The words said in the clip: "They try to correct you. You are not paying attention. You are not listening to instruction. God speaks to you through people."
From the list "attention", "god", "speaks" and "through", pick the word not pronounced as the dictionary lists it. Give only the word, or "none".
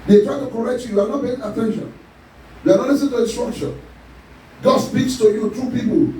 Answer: through